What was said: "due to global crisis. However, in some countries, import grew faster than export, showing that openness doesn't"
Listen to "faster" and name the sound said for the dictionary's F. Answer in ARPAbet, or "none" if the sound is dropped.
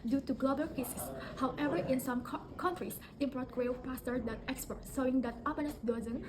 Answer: P